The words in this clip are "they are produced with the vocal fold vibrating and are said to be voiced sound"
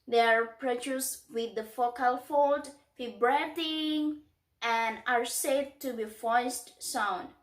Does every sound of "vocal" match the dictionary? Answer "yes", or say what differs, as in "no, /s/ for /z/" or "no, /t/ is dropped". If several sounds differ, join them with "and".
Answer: no, /f/ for /v/